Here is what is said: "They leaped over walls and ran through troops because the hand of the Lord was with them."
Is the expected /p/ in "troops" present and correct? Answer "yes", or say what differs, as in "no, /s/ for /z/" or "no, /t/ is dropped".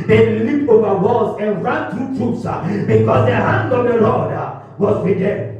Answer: no, /p/ is dropped